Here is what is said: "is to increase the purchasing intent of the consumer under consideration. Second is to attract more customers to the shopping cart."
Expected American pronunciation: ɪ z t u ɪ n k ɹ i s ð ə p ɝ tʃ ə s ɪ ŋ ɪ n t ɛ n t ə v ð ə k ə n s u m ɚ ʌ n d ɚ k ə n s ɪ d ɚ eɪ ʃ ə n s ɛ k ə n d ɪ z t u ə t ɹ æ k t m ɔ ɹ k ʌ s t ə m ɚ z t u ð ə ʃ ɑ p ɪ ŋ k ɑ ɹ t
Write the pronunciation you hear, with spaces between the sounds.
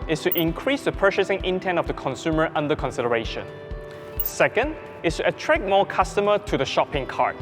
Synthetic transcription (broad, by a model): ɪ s t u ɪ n k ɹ i s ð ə p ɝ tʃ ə s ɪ ŋ ɪ n t ɛ n t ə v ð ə k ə n s u m ɚ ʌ n d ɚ k ə n s ɪ d ɚ eɪ ʃ ə n s ɛ k ə n d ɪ s t u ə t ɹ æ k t m ɔ k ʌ s t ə m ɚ t u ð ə ʃ ɑ p ɪ ŋ k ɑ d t